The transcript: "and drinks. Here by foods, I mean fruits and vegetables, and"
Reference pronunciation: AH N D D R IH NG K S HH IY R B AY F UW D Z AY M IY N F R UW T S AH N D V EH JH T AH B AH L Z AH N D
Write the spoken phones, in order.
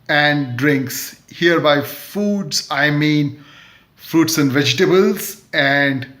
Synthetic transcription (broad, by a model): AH N D D R IH NG K S HH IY R B AY F UW D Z AY M IY N F R UW T S AH N D V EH JH T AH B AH L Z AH N D